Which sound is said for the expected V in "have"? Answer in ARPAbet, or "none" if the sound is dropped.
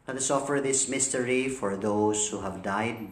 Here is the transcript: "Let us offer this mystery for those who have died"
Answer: V